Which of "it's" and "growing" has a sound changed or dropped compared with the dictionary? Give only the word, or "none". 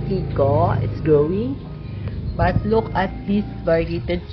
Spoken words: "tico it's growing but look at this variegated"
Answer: growing